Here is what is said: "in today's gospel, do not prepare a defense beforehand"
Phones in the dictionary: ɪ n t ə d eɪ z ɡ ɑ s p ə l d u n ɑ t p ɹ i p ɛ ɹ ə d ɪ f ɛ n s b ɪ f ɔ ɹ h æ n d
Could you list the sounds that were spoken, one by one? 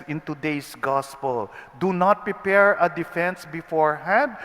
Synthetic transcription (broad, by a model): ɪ n t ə d eɪ s ɡ ɑ s p ə l d u n ɑ t p ɹ i p ɛ ɹ ə d ɪ f ɛ n s b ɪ f ɔ ɹ h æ n d